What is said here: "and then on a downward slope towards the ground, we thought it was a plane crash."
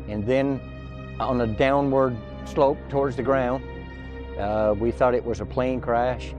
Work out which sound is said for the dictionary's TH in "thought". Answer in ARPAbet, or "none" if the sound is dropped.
TH